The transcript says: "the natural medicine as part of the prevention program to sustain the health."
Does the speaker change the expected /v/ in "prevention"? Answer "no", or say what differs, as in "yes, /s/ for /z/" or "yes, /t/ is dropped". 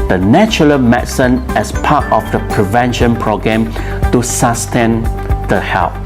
no